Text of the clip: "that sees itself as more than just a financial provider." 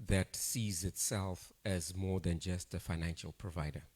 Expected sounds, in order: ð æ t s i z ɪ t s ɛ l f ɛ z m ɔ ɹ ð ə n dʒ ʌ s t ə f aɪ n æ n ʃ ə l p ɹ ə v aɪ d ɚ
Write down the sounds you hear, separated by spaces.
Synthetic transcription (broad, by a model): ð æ t s i z ɪ t s ɛ l f ɛ z m ɔ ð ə n dʒ ʌ s t ə f aɪ n æ n ʃ ə l p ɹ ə v aɪ d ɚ